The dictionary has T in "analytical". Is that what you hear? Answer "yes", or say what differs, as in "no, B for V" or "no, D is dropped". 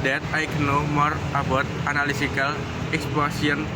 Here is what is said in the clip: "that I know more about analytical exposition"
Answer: no, S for T